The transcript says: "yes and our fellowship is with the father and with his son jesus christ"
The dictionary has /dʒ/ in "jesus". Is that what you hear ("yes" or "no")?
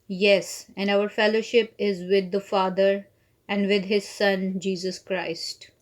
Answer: yes